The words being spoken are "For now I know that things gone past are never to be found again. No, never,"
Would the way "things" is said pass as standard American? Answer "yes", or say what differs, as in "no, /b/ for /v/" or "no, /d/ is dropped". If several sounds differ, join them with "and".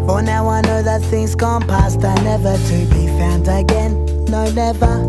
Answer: yes